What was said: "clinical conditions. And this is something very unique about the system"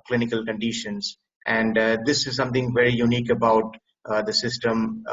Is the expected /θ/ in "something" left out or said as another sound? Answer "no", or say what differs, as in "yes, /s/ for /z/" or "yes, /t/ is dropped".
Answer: yes, /t/ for /θ/